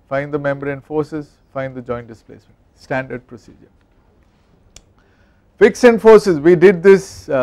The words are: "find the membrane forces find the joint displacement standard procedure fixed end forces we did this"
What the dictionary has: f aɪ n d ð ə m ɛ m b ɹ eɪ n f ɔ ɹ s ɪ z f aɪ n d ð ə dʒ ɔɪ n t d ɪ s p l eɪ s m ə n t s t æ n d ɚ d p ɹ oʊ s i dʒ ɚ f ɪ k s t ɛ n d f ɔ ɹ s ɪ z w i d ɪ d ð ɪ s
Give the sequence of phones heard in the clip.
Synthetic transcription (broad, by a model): f aɪ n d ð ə m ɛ m b ɹ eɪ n f ɔ ɹ s ɪ z f aɪ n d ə dʒ ɔɪ n t d ɪ s p l eɪ s m ə n t s t æ n d ɚ d p ɹ oʊ s i dʒ ɚ f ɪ k s ɛ n d f ɔ ɹ s ɪ z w i d ɪ d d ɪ s